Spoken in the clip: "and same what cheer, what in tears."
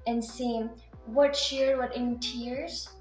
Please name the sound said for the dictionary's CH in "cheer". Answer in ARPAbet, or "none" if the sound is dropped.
SH